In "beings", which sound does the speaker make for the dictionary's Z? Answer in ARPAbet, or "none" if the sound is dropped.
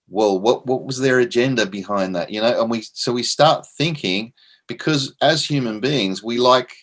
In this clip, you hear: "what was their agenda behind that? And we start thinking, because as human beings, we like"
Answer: Z